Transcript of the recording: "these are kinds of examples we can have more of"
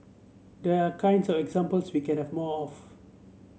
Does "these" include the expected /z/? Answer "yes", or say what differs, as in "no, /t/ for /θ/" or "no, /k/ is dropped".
no, /z/ is dropped